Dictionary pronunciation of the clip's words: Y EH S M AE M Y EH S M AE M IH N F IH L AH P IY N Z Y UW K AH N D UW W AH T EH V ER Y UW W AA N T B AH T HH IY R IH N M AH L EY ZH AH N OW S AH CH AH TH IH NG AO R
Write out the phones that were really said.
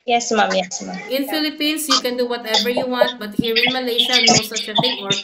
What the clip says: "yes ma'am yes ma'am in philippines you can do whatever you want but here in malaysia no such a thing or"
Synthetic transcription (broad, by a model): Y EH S M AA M Y EH S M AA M IH N F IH L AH P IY N S Y UW K AH N D UW W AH T EH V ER Y UW W AA N T B AH T HH IY R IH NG M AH L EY SH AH N OW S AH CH AH F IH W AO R